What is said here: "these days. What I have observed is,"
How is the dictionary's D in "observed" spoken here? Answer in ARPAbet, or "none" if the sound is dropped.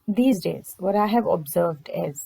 D